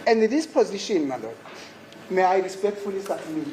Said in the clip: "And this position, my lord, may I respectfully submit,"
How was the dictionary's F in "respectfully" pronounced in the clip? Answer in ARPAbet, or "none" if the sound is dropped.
F